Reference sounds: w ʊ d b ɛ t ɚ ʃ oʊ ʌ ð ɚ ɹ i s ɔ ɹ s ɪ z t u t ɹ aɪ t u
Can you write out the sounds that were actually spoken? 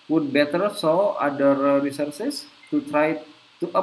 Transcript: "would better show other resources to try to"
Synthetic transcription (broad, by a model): w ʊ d b ɛ t ɚ s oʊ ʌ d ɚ ɹ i s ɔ ɹ s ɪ s t u t ɹ aɪ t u